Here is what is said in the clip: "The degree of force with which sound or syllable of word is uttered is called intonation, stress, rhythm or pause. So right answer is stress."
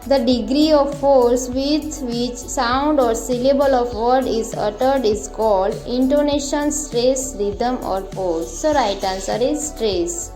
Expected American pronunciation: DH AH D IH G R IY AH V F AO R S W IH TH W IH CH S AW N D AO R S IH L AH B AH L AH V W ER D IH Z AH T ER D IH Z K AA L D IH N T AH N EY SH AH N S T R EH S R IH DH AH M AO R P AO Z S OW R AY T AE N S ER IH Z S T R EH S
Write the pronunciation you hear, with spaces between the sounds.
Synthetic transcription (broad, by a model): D AH D IH G R IY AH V F AO R S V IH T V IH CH S AW N D AO R S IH L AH B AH L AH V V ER D IH Z AH T ER D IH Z K AA L D IH N T AH N EY SH AH N S T R EH S R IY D AH M AO R F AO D S OW R AY T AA N S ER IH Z S T R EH S